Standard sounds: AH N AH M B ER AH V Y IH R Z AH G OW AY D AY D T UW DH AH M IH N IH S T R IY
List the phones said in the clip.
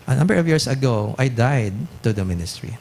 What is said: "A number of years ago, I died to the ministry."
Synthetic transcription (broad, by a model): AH N AH M B ER AH V Y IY R S AH G OW AY D AY D T UW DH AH M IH N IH S T R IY